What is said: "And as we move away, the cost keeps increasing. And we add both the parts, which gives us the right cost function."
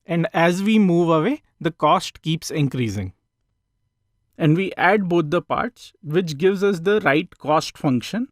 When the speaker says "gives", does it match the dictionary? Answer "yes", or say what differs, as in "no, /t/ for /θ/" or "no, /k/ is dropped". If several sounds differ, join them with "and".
yes